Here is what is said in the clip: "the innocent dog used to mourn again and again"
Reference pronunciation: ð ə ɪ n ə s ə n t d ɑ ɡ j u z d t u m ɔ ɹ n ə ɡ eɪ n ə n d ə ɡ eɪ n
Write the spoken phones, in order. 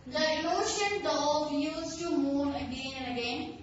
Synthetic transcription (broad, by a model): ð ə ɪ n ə ʃ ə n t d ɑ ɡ j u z t u m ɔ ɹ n ə ɡ eɪ n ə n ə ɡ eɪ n